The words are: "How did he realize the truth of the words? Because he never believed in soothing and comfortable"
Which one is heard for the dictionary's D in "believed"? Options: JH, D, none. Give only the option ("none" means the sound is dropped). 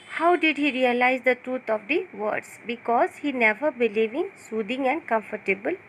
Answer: none